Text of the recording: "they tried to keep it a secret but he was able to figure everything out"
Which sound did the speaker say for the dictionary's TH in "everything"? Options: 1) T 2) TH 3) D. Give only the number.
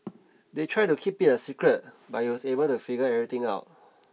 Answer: 1